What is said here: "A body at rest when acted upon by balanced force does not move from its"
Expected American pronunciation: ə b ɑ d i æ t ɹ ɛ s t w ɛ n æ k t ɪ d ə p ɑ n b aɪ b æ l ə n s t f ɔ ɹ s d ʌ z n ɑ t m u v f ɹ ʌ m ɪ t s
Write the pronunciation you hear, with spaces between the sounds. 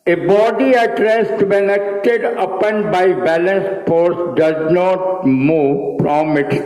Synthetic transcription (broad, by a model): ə b ɑ d i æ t ɹ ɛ s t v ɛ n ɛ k t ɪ d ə p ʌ n b aɪ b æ l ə n s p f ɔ ɹ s d ʌ z n ɑ t m u v p ɹ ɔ m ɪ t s